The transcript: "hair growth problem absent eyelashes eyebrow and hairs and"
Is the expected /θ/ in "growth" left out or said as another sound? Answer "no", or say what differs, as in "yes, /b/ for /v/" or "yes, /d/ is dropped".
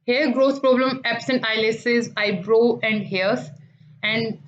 yes, /s/ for /θ/